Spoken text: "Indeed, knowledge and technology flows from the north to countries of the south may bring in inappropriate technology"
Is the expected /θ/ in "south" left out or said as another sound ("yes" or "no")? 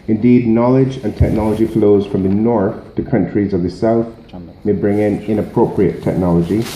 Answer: no